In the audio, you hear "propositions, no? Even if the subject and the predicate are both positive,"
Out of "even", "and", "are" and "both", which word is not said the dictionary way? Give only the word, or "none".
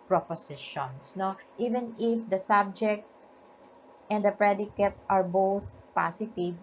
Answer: none